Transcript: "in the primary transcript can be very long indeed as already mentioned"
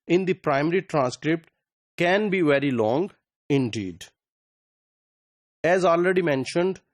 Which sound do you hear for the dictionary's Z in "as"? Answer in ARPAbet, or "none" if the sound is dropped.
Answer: Z